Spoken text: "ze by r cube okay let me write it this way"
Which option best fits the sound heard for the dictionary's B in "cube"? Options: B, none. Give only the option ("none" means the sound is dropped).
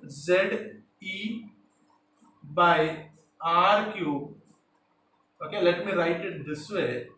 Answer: none